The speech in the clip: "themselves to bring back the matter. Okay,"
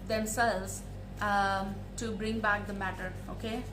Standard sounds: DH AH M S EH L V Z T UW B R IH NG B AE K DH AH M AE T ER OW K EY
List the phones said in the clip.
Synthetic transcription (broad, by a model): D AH M S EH L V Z T UW B R IH NG B AE K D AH M AE T ER OW K EY